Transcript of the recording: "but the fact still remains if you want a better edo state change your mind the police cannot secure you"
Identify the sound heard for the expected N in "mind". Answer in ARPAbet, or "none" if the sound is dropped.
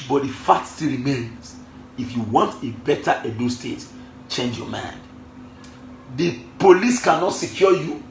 N